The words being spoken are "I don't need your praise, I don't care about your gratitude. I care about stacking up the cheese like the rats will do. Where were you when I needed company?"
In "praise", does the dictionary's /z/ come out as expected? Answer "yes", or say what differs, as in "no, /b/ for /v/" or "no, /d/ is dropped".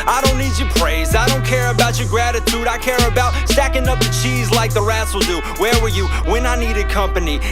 yes